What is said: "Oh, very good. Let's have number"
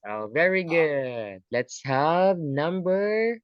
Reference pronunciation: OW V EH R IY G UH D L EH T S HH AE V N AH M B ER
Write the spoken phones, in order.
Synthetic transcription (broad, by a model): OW V EH R IY G UH D L EH T S HH AE V N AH M B ER